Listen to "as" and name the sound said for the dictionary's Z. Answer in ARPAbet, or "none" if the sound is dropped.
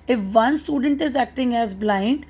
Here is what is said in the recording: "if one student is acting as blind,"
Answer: Z